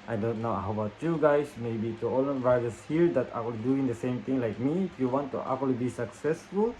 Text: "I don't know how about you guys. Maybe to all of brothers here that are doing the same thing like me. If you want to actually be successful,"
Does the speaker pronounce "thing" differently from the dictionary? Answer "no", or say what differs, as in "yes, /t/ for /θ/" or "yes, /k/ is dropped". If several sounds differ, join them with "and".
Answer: yes, /t/ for /θ/